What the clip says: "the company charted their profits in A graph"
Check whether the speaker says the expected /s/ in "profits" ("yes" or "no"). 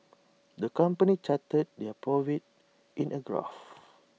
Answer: no